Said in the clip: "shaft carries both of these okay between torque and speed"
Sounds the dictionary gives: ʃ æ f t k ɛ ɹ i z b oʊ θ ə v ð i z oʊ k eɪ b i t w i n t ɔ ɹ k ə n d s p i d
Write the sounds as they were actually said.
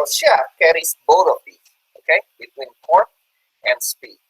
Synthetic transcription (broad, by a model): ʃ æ k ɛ ɹ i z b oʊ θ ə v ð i oʊ k eɪ b i t w i n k ɔ ɹ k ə n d s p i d